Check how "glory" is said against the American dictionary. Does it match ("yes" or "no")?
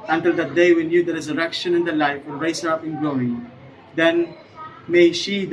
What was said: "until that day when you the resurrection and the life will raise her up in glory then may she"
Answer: no